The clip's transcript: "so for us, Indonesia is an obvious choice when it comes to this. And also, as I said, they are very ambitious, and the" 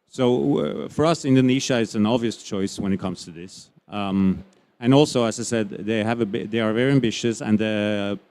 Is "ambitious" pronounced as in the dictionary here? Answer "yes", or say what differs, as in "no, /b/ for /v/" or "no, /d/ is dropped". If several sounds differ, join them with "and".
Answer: yes